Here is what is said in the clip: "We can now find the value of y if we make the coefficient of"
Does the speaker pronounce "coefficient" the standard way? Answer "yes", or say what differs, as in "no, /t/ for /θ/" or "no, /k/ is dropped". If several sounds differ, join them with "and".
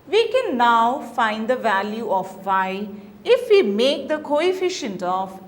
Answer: yes